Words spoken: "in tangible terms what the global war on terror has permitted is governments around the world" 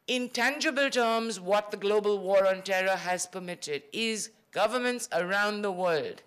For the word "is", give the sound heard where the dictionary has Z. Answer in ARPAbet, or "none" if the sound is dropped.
Z